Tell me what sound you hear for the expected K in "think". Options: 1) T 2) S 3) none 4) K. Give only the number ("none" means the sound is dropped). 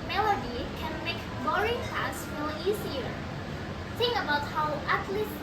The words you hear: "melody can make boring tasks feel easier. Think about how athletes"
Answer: 3